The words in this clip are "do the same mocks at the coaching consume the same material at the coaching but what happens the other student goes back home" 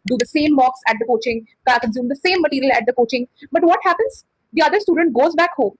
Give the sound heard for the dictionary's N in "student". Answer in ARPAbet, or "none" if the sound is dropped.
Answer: N